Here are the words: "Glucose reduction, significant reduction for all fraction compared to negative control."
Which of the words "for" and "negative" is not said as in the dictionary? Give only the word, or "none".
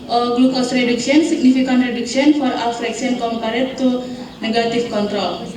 negative